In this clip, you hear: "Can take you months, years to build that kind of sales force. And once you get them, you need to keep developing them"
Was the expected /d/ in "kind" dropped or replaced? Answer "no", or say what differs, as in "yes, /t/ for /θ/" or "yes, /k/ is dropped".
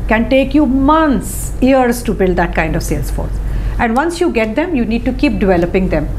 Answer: no